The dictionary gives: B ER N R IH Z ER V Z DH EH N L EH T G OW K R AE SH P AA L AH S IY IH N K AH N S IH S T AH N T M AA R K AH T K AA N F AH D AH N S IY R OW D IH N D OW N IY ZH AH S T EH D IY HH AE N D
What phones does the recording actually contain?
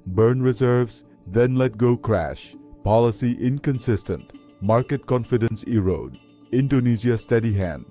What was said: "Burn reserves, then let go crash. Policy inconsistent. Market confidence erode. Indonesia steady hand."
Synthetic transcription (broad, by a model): B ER N R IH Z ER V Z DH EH N L EH T G OW K R AE SH P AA L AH S IY IH N K AH N S IH S T AH N T M AA R K AH T K AA N F AH D AH N S IY R OW D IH N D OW N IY Z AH S T EH D IY HH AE N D